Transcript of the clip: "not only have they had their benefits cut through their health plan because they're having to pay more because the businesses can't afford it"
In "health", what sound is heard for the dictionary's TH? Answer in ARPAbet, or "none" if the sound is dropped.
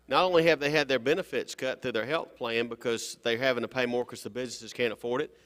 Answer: TH